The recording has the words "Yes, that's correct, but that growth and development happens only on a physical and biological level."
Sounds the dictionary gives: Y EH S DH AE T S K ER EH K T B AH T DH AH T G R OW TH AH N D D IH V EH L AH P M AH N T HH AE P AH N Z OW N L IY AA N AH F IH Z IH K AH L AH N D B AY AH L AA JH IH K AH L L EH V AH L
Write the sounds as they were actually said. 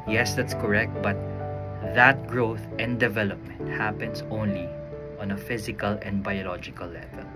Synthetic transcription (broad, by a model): Y EH S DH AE T S K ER EH K T B AH T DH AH T G R OW TH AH N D D IH V EH L AH P M AH N T HH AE P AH N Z OW N L IY AA N AH F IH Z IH K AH L AH N D B AY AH L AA JH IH K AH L L EH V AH L